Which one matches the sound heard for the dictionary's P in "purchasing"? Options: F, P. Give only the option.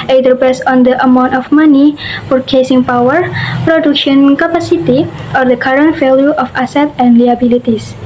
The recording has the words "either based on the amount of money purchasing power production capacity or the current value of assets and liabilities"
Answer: F